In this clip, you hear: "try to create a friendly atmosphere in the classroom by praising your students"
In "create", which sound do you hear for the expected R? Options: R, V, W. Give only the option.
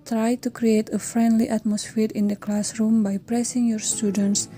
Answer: R